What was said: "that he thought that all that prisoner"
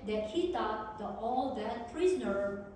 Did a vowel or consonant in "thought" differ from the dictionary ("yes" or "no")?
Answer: yes